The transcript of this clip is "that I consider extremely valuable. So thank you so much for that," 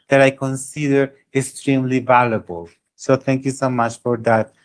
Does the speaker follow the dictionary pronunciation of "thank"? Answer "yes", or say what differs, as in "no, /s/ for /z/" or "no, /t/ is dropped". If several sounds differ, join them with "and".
no, /t/ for /θ/